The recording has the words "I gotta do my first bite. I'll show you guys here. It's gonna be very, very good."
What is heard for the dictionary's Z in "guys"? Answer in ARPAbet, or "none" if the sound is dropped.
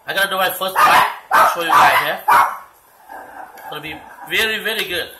none